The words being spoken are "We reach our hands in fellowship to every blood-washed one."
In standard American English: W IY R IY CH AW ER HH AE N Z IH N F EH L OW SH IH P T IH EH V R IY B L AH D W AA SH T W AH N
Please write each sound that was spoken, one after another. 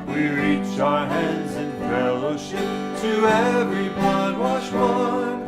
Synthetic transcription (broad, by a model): W IY R IY CH AW ER HH AE N Z IH N F EH L OW SH IH P T IH EH V R IY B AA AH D W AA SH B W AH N